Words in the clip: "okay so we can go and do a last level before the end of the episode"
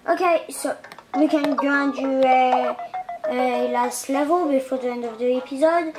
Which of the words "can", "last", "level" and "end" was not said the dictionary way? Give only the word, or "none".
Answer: none